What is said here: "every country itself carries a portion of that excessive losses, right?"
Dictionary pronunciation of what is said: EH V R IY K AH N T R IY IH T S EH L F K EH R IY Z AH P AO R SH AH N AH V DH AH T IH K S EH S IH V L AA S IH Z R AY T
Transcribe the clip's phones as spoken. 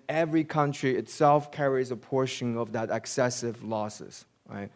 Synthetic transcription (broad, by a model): EH V R IY K AH N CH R IY IH T S EH L F K EH R IY Z AH P AO R SH AH N AH V DH AH T IH K S EH S IH V L AA S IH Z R AY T